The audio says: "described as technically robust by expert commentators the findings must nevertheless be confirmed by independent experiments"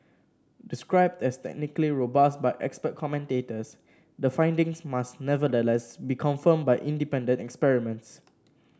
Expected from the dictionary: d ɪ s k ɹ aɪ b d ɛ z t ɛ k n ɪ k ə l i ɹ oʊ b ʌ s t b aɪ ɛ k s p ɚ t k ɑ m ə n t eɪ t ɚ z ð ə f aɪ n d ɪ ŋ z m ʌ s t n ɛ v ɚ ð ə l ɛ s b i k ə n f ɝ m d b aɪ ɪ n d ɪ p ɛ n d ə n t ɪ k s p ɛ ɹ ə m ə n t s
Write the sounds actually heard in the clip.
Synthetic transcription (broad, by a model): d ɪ s k ɹ aɪ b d ɛ s t ɛ k n ɪ k ə l i ɹ oʊ b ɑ s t b aɪ ɛ k s p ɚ t k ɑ m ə n t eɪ t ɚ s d ə f aɪ n d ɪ ŋ s m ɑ s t n ɛ v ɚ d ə l ɛ s b i k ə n f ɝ m b aɪ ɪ n d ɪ p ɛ n d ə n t ɪ k s p ɛ ɹ ə m ə n t s